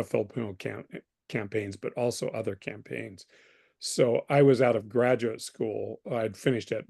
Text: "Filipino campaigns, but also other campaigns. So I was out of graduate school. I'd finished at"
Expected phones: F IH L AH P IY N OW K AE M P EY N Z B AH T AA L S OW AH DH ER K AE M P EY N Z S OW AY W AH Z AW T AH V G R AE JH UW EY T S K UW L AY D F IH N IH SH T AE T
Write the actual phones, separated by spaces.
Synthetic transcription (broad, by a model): F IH L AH P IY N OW K AE M P EY N Z B AH T AA L S OW AH DH ER K AE M P EY N Z S OW AY W AH Z AW T AH V G R AE JH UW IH T S K UW L AY D F IH N IH SH T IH T